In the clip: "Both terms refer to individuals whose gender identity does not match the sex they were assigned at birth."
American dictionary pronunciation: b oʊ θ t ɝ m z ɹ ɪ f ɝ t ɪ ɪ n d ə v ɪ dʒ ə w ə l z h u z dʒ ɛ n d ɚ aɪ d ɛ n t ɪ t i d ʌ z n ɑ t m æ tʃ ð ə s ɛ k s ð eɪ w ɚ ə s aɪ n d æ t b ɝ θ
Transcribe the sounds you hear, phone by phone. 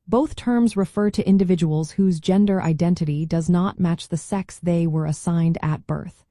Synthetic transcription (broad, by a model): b oʊ θ t ɝ m z ɹ ɪ f ɝ t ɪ ɪ n d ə v ɪ dʒ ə w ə l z h u z dʒ ɛ n d ɚ aɪ d ɛ n t ɪ t i d ʌ z n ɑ t m æ tʃ ð ə s ɛ k s ð eɪ w ɚ ə s aɪ n d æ t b ɝ θ